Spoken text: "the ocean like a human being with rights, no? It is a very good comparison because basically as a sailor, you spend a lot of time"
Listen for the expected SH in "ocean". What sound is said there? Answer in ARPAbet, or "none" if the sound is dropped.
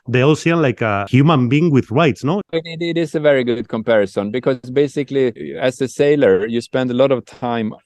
S